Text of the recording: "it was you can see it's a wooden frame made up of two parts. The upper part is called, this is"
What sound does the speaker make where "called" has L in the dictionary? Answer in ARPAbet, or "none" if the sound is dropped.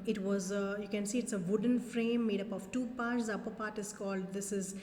L